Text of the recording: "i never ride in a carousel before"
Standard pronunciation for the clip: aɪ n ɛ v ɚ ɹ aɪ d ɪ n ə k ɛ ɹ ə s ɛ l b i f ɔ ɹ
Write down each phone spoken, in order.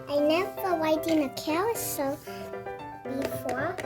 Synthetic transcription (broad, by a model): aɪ n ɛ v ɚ w aɪ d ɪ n ə k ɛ w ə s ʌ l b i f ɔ